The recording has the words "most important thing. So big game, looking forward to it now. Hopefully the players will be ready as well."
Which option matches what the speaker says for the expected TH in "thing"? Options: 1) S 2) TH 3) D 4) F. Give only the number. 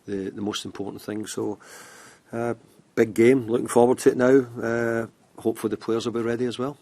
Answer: 2